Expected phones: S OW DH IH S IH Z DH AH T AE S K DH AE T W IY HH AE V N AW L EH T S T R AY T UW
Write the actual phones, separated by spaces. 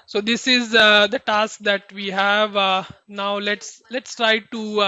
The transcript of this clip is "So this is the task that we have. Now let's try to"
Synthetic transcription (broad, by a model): S OW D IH S IH Z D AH T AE S K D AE T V IY HH AE V N AW L EH T S T R AY T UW